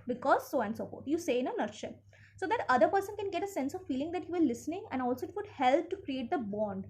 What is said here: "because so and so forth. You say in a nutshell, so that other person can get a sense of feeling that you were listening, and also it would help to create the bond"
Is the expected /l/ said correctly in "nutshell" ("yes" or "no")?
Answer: no